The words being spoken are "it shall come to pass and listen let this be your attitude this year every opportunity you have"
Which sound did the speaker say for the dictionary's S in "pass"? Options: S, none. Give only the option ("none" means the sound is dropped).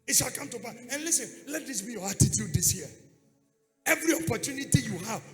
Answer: none